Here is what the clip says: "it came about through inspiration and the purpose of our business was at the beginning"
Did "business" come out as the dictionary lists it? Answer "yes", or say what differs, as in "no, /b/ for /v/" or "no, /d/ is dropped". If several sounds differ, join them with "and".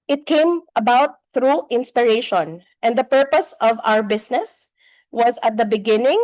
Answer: no, /s/ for /z/